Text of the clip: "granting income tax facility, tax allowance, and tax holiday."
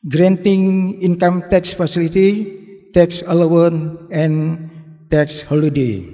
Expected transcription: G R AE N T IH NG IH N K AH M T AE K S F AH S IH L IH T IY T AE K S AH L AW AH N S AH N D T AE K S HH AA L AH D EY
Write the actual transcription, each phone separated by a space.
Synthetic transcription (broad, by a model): G R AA N T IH NG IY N K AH M T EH K S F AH S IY L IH T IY T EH K S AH L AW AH N AH N T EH K S HH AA L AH D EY